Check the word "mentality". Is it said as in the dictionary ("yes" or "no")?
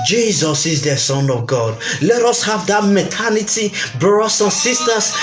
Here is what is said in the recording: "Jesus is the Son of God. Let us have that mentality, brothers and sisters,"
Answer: no